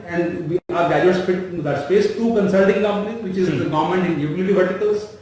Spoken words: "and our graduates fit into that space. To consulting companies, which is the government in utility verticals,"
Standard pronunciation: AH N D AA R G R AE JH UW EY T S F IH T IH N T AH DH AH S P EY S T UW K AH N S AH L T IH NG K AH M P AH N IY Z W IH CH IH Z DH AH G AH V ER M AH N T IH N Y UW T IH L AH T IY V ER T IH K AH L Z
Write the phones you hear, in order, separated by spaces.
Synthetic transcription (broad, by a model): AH N D AA R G AE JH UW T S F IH T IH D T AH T S P EY S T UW K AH N S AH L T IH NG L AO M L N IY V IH CH IH Z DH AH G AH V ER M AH N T IH N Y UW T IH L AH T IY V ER T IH K AH L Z